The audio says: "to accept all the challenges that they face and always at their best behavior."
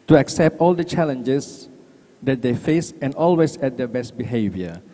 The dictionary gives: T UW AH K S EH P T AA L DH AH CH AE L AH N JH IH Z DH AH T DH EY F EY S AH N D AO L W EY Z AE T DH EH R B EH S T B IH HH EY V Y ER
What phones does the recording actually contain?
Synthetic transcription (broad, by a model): T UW AH K S EH P T AA L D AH CH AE L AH N JH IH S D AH T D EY F EY S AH N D AO L W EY S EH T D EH B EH S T B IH HH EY V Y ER